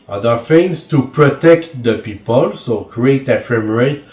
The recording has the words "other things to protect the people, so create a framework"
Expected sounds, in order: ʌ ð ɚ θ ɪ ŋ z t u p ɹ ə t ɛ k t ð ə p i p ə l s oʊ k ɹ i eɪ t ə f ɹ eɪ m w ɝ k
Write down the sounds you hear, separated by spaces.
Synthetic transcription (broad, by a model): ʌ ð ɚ f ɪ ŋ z t u p ɹ ə t ɛ k t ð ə p i p ə l s oʊ k ɹ i eɪ t ə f ɹ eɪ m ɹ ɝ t